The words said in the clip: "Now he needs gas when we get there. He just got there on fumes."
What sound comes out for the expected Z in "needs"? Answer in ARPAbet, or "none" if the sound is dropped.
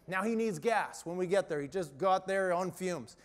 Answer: Z